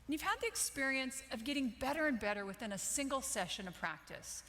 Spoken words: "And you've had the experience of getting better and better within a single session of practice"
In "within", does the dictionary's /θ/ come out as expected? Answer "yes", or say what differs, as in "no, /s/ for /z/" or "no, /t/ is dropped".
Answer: yes